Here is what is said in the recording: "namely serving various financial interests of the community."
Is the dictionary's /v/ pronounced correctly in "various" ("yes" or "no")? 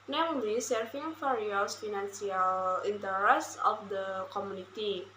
no